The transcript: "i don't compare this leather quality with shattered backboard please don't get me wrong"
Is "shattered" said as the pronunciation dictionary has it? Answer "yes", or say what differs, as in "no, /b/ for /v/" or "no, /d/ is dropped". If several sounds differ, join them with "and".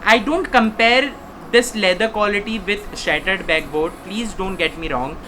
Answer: yes